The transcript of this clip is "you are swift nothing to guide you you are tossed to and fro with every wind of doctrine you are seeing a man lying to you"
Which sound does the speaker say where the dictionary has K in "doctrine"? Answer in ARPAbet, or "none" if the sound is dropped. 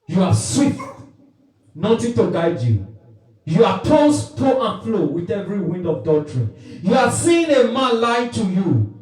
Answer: none